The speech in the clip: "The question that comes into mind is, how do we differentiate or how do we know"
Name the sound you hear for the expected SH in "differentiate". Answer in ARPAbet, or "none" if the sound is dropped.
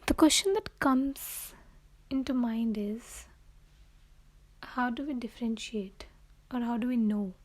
SH